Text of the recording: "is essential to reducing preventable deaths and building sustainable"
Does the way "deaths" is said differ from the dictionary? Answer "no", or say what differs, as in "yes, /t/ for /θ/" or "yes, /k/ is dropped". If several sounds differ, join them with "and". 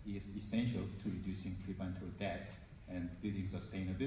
yes, /t/ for /θ/